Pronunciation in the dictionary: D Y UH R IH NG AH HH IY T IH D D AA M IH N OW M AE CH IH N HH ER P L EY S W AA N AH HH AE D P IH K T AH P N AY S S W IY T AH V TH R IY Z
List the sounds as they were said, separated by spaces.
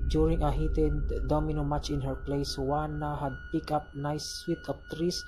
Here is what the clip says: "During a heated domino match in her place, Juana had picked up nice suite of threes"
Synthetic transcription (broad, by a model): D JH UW R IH NG AH HH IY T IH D D AA M IH N OW M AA CH IH N HH ER P L EY S W AA N AH HH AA D P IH K AH P N AY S S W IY T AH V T R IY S